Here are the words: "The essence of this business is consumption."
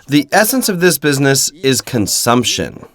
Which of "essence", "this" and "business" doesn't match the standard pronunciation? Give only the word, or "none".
none